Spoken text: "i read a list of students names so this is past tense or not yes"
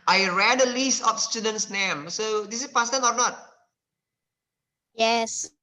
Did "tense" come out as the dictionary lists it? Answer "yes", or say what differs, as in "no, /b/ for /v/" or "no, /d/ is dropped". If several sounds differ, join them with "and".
no, /s/ is dropped